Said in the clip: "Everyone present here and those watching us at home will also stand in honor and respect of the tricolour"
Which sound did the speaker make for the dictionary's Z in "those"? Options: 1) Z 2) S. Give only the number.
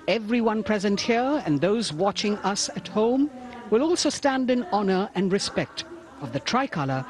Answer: 1